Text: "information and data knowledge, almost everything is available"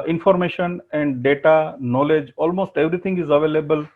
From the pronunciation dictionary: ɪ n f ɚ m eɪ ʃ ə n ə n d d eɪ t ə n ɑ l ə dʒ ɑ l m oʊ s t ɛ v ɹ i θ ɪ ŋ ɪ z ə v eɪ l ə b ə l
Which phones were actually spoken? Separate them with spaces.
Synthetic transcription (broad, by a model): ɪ n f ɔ m eɪ ʃ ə n ə n d d eɪ t ə n ɑ l ə dʒ ɑ l m oʊ s t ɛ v ɹ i t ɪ ŋ ɪ z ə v eɪ l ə b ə l